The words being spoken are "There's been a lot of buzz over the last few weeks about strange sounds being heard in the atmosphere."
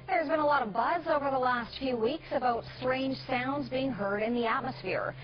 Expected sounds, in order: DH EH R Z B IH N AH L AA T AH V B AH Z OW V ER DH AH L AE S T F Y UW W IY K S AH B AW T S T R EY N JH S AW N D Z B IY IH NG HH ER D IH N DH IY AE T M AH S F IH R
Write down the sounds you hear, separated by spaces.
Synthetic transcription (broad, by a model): DH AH R Z B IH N AH L AA T AH V B AH Z OW V ER DH AH L AE S T F Y UW W IY K S AH B AW T S T R EY N JH S AW N D Z B IY IH NG HH ER D IH N DH IY AE T M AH S F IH R